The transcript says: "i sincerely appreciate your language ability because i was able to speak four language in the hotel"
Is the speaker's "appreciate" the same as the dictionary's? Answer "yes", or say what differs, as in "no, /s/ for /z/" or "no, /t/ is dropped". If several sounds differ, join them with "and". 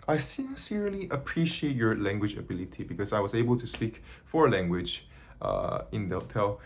yes